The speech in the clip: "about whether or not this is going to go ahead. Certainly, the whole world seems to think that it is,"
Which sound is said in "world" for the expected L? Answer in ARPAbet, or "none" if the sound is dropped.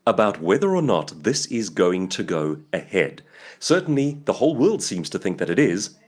L